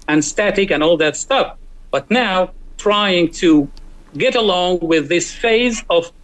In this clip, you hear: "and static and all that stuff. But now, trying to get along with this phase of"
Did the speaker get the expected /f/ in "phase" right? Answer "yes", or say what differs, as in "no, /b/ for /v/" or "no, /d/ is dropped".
yes